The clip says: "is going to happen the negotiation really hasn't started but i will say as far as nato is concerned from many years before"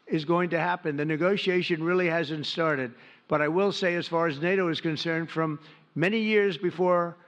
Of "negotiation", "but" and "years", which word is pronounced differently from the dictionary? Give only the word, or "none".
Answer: none